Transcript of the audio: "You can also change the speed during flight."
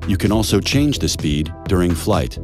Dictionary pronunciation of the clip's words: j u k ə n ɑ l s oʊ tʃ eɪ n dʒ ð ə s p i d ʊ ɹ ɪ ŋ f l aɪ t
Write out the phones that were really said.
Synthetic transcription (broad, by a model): j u k ə n ɑ l s oʊ tʃ eɪ n dʒ ð ə s p i d ʊ ɹ ɪ ŋ f l aɪ t